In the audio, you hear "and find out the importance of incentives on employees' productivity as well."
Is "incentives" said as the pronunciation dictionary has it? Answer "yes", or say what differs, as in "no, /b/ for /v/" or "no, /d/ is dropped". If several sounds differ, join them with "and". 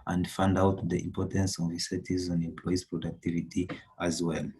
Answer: no, /n/ is dropped and /n/ is dropped and /v/ is dropped